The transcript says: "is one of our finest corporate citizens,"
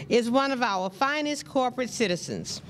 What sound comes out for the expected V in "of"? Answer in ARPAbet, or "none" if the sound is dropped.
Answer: V